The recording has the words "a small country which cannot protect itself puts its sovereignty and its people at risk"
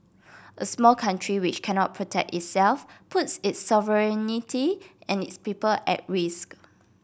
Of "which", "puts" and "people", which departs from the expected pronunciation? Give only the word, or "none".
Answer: none